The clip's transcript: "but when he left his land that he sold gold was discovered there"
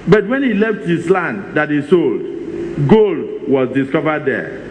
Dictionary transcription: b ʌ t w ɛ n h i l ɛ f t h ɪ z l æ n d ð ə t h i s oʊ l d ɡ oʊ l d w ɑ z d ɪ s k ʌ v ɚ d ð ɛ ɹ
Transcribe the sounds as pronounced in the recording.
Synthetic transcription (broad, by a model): b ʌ t w ɛ n h i l ɛ f t h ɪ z l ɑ n d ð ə t h i s oʊ l d ɡ oʊ l d w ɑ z d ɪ s k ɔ v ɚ d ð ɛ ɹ